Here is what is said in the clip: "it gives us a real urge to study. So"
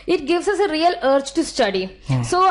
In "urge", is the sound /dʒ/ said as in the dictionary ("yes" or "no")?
no